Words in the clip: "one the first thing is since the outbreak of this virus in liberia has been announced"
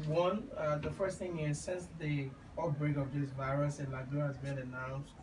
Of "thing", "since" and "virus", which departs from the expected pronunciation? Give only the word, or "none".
none